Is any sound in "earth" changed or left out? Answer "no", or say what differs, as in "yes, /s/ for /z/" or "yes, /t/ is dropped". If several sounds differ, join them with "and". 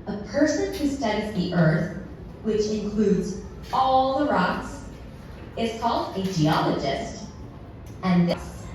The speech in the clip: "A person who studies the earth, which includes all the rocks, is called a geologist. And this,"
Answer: no